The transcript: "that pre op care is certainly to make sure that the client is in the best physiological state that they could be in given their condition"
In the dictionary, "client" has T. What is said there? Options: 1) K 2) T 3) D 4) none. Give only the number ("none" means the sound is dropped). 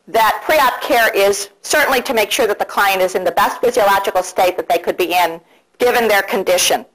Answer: 2